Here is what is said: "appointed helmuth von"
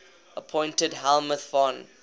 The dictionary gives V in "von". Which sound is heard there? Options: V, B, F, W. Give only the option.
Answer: F